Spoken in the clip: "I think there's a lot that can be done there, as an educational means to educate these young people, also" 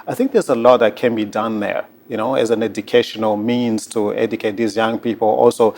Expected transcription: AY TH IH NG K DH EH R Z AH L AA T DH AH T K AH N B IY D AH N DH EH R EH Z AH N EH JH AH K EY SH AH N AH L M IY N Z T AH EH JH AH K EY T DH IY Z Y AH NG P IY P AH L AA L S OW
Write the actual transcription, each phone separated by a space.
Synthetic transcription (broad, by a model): AY TH IH NG K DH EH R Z AH L AA T DH AH T K AH N B IY D AH N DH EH R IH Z AH N EH JH AH K EY SH AH N AH L M IY N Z T AH EH JH AH K EY T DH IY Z Y AH NG P IY P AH L AA L S OW